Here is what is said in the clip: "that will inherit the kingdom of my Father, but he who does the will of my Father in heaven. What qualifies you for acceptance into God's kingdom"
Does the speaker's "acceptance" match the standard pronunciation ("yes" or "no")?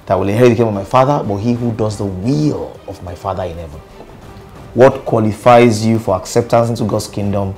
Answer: yes